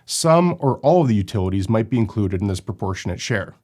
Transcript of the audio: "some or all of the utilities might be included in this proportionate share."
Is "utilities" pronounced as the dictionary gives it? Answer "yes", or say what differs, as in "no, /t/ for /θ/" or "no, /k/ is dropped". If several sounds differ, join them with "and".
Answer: yes